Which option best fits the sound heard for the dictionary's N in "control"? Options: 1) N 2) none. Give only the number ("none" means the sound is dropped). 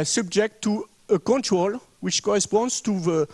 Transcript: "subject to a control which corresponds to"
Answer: 1